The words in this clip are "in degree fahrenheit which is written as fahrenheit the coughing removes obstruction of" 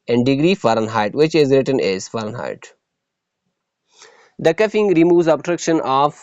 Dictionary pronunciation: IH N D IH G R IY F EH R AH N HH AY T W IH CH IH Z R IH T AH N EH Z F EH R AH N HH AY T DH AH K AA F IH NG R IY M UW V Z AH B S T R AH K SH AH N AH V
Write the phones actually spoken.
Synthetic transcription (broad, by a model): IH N D IH G R IY F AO R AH N HH AY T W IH CH IH Z R IH T AH N EH Z F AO R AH N HH AY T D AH K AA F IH NG R IY M UW V Z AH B T R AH K SH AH N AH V